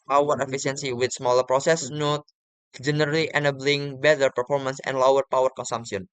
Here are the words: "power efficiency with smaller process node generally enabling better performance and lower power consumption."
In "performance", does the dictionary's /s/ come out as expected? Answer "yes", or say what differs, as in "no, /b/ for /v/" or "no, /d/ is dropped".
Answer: yes